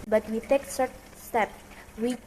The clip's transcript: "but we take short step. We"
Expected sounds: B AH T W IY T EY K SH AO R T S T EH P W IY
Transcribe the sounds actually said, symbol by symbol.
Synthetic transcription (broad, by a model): B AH T W IY T EY K S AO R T S T EH P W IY